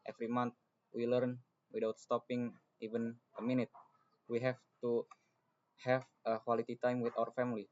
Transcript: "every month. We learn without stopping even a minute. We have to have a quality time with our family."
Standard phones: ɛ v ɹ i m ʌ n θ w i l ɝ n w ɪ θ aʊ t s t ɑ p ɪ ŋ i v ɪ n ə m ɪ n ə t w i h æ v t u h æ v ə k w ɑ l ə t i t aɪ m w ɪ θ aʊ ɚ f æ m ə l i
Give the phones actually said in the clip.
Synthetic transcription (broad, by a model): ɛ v ɹ i m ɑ n t w i l ɝ n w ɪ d aʊ t s t ɑ p ɪ ŋ i v ɪ n ə m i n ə t w i h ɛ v t u h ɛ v ə k w ɑ l ə t i t aɪ m w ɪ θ aʊ ɚ f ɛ m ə l i